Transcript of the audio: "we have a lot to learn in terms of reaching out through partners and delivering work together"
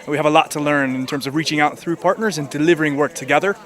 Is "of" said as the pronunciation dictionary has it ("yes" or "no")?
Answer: yes